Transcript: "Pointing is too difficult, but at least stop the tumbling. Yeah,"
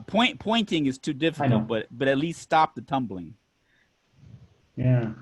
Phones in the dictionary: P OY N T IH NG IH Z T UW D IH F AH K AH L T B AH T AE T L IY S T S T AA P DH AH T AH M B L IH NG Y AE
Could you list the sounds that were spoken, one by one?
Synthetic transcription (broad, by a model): P OY N T IH NG IH Z T UW D IH F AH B AH T B AH T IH T L IY S T S T AA P DH AH T AH M B L IH NG Y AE